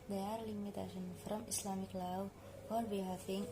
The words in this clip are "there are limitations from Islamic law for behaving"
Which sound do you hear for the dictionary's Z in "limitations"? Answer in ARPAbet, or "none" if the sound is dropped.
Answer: none